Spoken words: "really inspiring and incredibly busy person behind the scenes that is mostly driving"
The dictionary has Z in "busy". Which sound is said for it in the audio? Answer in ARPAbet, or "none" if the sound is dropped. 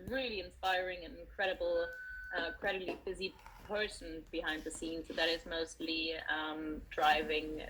Z